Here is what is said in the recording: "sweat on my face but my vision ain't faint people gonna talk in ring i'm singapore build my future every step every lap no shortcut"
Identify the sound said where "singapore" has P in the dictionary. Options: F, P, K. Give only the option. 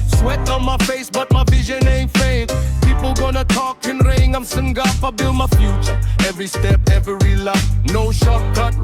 F